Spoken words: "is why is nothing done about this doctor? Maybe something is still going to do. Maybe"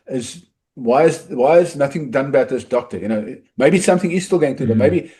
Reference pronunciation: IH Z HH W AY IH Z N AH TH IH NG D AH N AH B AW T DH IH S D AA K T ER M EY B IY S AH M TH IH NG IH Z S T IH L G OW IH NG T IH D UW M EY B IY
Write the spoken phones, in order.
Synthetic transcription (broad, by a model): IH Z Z W AY IH Z N AH TH IH NG D AH N AH B AW T DH IH S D AA K T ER M EY B IY S AH M TH IH NG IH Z S T IH L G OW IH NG T IH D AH M EY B IY